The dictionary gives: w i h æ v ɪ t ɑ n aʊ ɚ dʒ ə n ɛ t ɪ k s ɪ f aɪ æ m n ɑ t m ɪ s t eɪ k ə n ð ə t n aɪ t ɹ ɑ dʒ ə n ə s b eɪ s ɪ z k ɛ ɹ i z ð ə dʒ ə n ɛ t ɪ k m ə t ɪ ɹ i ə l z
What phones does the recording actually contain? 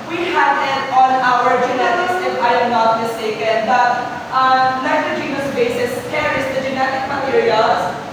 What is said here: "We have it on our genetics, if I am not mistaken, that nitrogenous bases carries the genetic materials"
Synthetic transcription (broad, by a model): w i h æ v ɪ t ɑ n aʊ ɚ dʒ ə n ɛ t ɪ s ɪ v aɪ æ m n ɑ t m ɪ s t eɪ k ə n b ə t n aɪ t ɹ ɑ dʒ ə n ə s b eɪ s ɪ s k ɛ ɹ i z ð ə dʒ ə n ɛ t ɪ k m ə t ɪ ɹ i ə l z